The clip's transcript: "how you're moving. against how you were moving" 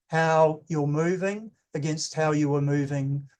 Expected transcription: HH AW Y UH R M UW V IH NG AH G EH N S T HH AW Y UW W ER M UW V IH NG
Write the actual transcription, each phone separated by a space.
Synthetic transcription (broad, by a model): HH AW Y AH R M UW V IH NG AH G EH N S T HH AW Y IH W ER M UW V IH NG